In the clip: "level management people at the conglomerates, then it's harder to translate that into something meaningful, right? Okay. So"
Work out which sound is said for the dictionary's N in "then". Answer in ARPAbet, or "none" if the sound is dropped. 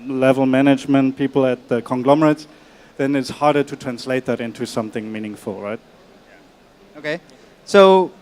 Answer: N